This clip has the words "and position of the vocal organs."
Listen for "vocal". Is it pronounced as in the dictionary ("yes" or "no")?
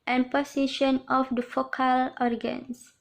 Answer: no